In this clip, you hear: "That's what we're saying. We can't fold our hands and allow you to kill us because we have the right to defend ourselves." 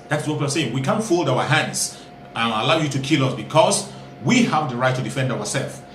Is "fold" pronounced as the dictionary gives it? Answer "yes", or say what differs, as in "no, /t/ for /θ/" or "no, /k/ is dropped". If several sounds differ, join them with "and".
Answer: yes